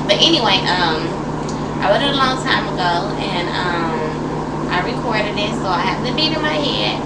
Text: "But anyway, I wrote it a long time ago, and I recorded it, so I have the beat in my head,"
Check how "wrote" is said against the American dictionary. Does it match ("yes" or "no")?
no